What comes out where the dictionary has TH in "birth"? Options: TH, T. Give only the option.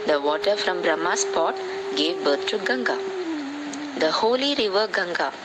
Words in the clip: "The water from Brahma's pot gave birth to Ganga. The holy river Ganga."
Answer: T